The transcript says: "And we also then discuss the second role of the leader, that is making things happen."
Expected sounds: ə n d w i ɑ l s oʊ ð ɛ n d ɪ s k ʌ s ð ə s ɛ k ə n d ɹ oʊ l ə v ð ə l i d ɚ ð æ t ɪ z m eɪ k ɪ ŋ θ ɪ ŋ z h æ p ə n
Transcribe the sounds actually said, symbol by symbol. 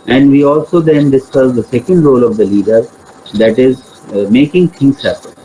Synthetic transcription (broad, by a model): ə n d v i ɑ l s oʊ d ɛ n d ɪ s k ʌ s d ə s ɛ k ə n d ɹ oʊ l ə v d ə l i d ɚ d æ t ɪ z m eɪ k ɪ ŋ t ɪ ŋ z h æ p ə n